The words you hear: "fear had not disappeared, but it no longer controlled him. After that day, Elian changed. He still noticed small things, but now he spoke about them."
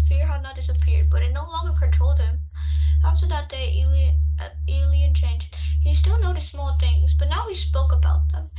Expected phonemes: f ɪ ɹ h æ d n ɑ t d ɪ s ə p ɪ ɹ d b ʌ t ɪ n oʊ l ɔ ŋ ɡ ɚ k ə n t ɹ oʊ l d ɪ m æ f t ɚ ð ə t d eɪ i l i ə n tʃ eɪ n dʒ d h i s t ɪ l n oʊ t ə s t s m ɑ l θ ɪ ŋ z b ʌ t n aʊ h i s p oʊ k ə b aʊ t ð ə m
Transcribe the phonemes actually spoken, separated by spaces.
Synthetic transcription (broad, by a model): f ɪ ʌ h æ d n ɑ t d ɪ s ə p ɪ ɹ d b ʌ t ɪ n oʊ l ɔ ŋ ɡ ɚ k ə n t ɹ oʊ l d ɪ m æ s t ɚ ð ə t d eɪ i l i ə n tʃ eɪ n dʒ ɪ h i s t ɪ l n oʊ t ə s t s m ɑ l θ ɪ ŋ z b ʌ t n aʊ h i s p oʊ k ə b aʊ t ð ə m